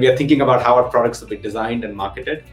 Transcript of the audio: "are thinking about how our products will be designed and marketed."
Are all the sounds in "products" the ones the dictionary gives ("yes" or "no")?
yes